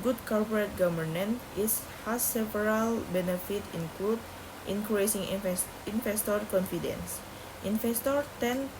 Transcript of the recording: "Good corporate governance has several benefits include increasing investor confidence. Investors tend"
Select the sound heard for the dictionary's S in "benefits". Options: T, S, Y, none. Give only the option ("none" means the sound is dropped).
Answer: none